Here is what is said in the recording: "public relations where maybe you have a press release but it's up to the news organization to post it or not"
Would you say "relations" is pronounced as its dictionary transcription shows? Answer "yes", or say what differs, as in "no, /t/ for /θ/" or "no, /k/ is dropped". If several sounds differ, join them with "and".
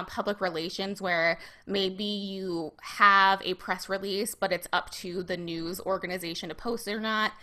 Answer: yes